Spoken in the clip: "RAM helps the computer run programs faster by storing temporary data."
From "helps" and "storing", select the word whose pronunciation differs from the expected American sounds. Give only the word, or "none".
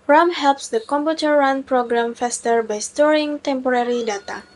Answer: none